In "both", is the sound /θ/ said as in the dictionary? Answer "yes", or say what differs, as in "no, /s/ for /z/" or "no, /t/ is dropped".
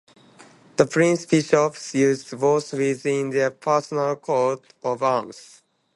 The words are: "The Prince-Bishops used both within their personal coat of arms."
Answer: no, /s/ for /θ/